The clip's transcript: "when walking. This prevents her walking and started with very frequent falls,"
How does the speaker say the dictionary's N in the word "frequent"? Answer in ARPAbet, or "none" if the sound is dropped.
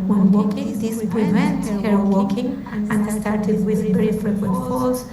none